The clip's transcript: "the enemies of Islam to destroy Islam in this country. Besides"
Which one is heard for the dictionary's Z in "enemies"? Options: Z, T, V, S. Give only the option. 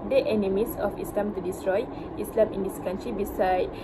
S